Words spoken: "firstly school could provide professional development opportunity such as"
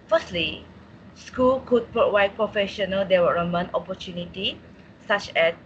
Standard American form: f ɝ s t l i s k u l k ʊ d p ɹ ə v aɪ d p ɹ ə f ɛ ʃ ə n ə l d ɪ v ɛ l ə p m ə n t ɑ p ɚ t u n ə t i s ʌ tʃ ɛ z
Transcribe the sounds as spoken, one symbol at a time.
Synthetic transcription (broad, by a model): f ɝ s t l i s k u l k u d p ɹ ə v aɪ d p ɹ ə f ɛ ʃ ə n ə l d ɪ w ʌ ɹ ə m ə n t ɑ p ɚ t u n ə t i s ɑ tʃ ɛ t